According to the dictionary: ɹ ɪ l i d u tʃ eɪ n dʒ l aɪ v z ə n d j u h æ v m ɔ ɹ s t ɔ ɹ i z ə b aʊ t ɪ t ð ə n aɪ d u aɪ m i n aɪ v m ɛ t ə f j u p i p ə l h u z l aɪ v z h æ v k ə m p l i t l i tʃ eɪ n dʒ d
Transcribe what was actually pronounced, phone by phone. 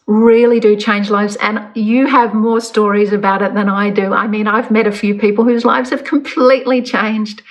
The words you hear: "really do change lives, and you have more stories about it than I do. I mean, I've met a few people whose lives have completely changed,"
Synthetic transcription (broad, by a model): ɹ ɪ l i d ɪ tʃ eɪ n dʒ l aɪ v z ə n j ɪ v m ɔ ɹ s t ɔ ɹ i z ə b aʊ t ɪ t ð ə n aɪ d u aɪ m i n aɪ v m ɛ t ə f j u p i p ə l h u z l aɪ v z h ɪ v k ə m p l i t l i tʃ eɪ n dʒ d